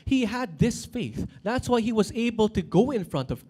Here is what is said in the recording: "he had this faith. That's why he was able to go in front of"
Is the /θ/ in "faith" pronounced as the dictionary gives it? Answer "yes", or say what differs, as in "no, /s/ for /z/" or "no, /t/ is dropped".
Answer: yes